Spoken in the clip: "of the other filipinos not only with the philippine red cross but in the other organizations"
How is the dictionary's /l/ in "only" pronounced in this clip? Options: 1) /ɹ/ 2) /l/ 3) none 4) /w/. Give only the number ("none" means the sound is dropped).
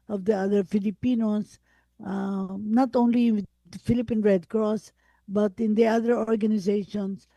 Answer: 3